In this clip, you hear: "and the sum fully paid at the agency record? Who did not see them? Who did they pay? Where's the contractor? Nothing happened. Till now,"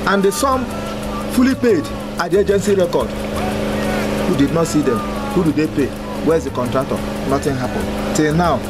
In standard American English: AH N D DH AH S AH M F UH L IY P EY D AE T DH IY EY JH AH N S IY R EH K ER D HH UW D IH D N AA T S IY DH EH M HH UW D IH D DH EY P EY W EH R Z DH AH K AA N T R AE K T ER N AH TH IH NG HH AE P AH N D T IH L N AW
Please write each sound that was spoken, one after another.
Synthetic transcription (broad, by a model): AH N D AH S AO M F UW L IY P EY D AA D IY EY JH AH N S IY R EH K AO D HH UW D IH D N AA T S IY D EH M HH UW D IH D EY P EY W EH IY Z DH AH K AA N T R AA K T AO N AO T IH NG HH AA P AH N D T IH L N AW